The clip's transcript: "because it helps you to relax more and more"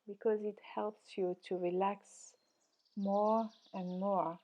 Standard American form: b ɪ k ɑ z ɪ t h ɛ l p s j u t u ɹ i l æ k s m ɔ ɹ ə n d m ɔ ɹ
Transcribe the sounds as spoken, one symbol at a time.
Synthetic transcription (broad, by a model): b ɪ k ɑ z ɪ t h ɛ l p s j u t u ɹ i l æ k s m ɔ ɹ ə n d m ɔ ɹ